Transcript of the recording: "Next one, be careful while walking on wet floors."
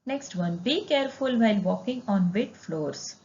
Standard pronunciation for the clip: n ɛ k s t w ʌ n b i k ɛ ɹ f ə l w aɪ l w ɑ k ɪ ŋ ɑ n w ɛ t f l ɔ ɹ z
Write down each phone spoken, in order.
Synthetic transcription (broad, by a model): n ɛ k s t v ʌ n b i k ɛ ɹ f ə l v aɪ l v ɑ k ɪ ŋ ɑ n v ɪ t f l ɔ ɹ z